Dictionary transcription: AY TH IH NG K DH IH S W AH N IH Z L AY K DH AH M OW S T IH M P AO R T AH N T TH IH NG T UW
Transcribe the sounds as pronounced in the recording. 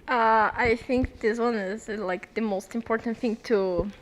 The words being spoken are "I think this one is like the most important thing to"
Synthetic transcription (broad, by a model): AY TH IH NG K DH IH S W AH N IH Z L AY K DH AH M OW S T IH M P AO R T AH N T TH IH NG T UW